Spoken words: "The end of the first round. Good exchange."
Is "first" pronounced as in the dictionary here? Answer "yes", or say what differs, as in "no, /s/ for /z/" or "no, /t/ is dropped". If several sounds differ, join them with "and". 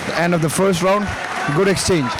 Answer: yes